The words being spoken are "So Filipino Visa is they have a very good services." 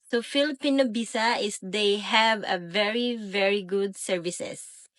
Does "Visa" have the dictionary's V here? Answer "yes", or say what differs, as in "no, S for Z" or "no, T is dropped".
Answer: no, B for V